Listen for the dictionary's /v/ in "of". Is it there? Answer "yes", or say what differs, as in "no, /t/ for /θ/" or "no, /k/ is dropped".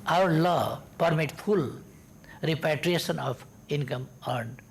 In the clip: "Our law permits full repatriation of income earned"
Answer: no, /p/ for /v/